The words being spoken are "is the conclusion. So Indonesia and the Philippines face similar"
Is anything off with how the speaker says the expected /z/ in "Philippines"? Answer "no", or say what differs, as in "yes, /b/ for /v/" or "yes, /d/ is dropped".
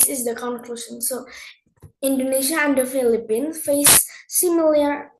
yes, /z/ is dropped